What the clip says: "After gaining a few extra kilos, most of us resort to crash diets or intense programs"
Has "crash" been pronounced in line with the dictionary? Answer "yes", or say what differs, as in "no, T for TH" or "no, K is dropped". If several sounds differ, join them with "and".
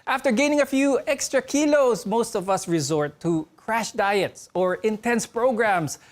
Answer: yes